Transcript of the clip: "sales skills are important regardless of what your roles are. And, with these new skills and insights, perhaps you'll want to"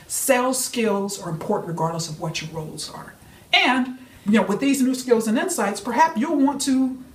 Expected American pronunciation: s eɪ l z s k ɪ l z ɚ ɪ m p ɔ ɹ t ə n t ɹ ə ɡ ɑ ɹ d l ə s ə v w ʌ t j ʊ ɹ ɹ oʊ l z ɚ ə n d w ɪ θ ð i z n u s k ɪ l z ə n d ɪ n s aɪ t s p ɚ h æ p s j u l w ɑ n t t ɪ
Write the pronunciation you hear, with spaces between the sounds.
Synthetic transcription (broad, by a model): s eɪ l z s k ɪ l z ɚ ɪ m p ɔ ɹ t n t ɹ ə ɡ ɑ ɹ d l ə s ə v w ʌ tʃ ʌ ɹ ɹ oʊ l z ɚ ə n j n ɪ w ð i z n u s k ɪ l z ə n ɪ n s aɪ t s p ɚ h æ p s j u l w ɑ n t t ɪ